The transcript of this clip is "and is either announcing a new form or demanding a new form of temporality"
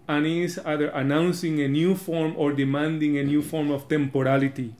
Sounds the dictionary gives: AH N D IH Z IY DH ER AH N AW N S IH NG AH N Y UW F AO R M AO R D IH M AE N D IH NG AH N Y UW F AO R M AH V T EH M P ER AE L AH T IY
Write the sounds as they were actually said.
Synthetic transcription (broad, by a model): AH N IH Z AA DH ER AH N AW N S IH NG AH N Y UW F AO R M AO R D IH M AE N D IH NG AH N Y UW F AO R M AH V T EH M P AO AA L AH T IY